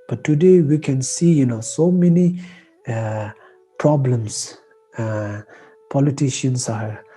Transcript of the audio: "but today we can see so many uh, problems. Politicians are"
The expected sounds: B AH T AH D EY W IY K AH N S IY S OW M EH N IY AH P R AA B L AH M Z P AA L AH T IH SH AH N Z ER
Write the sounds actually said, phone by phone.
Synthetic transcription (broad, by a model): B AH T AH D EY W IY K AH N S IY S OW M EH N IY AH P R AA B L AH M S P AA L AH T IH SH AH N S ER